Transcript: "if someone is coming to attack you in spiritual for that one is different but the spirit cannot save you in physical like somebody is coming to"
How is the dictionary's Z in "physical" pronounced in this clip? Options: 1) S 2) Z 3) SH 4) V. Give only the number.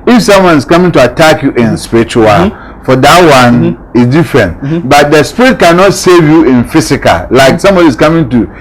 1